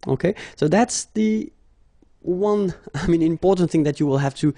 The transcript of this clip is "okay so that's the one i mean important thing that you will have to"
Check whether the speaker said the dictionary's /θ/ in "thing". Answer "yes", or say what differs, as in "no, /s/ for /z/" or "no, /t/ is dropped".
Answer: yes